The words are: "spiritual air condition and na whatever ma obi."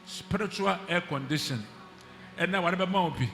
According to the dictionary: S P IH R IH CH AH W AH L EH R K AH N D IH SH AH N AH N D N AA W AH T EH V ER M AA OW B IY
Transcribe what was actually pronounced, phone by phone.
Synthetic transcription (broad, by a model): S P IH R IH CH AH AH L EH K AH N D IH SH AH N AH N N AA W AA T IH B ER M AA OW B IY